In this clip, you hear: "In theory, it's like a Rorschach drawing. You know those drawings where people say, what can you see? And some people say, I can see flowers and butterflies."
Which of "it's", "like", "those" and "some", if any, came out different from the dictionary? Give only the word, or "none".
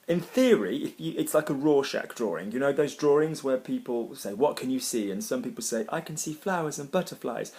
none